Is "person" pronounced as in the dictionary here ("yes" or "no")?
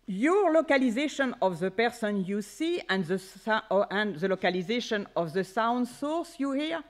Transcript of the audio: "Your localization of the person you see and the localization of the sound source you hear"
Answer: yes